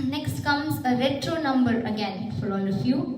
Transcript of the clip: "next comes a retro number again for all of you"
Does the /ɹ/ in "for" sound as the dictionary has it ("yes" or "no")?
no